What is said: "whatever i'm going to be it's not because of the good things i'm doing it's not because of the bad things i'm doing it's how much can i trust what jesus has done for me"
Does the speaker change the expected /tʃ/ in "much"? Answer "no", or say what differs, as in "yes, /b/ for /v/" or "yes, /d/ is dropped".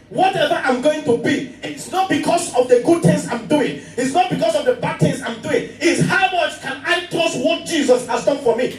yes, /s/ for /tʃ/